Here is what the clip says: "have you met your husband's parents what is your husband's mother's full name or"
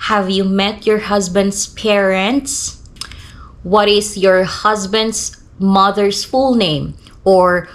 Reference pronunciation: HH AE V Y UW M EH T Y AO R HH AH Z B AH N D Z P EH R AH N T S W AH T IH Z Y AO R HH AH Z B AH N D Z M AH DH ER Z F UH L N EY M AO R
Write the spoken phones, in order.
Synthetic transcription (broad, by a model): HH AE V Y UW M EH T Y AO R HH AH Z B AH N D S P EH R AH N T S W AH T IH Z Y AO R HH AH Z B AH N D S M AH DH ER S F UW L N EY M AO R